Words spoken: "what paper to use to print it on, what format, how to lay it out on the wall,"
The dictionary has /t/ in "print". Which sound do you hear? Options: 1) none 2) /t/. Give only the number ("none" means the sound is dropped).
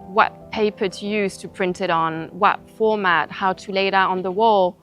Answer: 2